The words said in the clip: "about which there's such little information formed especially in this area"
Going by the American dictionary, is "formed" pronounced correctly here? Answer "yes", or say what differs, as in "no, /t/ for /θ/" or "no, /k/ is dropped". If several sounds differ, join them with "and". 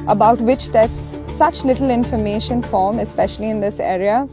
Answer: no, /d/ is dropped